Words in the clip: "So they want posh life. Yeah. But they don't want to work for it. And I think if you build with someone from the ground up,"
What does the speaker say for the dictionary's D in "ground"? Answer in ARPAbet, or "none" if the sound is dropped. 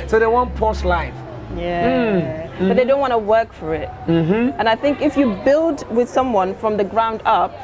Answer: D